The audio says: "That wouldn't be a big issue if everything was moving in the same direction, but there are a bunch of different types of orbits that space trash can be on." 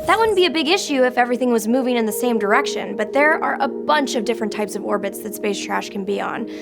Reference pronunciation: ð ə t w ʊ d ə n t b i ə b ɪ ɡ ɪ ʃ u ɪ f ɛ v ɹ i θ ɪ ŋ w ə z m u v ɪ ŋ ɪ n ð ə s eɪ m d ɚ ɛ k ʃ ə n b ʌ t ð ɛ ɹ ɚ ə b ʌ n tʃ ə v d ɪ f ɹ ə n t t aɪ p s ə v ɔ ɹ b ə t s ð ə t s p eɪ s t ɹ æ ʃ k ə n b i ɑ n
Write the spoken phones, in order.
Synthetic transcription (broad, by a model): ð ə t w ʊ d n b i ə b ɪ ɡ ɪ ʃ u ɪ f ɛ v ɹ i θ ɪ ŋ w ə z m u v ɪ ŋ ɪ n ð ə s eɪ m d ɚ ɛ k ʃ ə n b ʌ t ð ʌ ɹ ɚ ə b ʌ n tʃ ə v d ɪ f ɹ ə n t t aɪ p s ə v ɔ ɹ b ə t s ð ə t s p eɪ s t ɹ æ ʃ k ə n b i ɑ n